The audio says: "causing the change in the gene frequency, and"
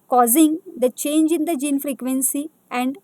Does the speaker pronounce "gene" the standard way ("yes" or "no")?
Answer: yes